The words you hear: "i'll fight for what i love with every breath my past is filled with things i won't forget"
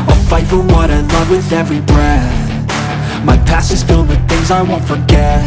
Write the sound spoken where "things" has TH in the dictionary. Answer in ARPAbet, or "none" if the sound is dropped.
TH